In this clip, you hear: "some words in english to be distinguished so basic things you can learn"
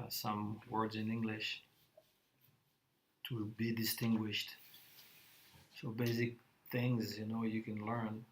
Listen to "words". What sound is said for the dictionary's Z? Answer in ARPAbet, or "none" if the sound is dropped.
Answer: Z